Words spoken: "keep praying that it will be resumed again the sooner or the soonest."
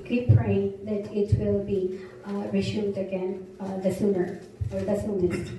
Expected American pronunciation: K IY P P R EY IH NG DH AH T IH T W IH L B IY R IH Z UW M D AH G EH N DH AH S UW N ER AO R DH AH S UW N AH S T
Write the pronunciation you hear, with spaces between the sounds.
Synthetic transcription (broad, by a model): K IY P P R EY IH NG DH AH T IH T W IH L B IY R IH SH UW D AH G EH N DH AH S UW N ER AO R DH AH S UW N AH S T